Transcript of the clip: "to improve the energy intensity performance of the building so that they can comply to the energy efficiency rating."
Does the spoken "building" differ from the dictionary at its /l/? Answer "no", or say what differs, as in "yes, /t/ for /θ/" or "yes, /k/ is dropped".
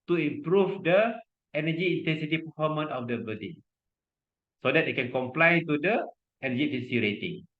yes, /l/ is dropped